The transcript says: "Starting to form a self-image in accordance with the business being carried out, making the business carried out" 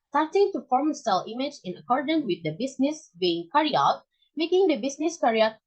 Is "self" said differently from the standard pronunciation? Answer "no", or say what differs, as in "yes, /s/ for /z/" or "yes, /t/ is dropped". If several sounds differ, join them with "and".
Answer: yes, /f/ is dropped